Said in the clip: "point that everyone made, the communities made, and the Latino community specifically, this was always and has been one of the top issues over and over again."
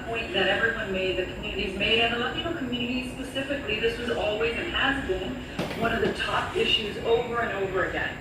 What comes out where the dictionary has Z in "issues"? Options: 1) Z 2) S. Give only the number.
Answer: 1